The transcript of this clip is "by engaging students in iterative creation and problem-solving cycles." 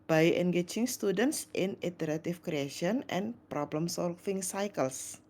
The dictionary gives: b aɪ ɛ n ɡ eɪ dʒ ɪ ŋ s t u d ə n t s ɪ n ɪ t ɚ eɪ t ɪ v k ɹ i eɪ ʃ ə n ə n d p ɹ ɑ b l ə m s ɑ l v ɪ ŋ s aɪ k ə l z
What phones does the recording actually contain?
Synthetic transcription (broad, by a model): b aɪ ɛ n ɡ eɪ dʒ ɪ ŋ s t u d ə n t s ɪ n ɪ t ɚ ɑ t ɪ f k ɹ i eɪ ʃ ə n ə n p ɹ ɑ b l ə m s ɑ l f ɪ ŋ s aɪ k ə l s